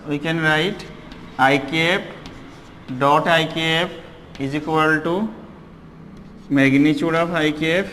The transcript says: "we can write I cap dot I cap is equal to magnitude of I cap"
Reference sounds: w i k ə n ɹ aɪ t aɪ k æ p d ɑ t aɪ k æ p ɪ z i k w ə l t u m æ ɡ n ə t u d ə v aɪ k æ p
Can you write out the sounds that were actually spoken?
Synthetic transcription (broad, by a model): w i k ə n ɹ aɪ t aɪ k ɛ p d ɑ t aɪ k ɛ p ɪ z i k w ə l t u m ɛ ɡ n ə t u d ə p aɪ k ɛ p